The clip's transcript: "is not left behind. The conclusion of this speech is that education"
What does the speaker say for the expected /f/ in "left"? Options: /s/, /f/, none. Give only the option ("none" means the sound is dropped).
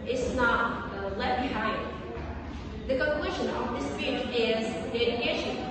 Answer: none